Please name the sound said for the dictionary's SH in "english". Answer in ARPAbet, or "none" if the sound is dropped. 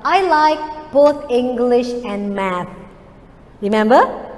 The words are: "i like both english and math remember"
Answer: SH